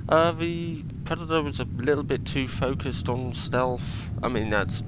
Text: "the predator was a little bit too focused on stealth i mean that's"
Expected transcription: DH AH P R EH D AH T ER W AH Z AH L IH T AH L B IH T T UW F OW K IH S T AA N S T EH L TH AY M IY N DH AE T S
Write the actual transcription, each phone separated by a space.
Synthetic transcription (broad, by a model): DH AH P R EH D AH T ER W AH Z AH L IH T L B IH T T UW F OW K IH S T N S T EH L F AY M IY N DH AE T S